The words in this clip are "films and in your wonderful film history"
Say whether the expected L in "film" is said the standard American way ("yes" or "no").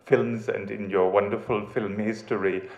yes